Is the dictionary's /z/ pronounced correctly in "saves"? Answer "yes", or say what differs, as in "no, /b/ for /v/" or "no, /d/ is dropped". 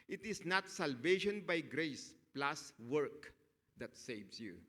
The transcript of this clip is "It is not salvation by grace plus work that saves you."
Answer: no, /s/ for /z/